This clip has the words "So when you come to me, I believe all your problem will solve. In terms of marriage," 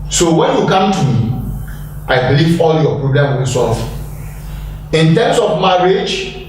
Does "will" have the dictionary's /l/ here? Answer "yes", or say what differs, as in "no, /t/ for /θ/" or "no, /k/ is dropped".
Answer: no, /n/ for /l/